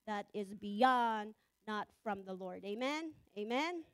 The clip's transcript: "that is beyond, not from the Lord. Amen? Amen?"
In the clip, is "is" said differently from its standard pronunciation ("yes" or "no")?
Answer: no